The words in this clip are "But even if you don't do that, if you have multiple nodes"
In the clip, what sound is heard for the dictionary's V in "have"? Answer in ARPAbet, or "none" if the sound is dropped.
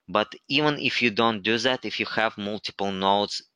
V